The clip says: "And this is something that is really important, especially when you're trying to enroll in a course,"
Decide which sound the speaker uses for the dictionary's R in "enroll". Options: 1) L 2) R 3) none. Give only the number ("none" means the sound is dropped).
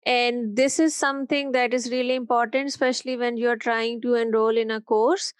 2